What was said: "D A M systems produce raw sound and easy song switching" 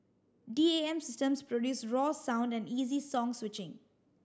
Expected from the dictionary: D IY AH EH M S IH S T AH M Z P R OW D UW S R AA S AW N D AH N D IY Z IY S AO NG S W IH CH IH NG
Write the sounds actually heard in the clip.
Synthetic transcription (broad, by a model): D IY AH EH M S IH S T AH M S P R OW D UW S R AA S AW N D AH N D IY Z IY S AO NG S W IH CH IH NG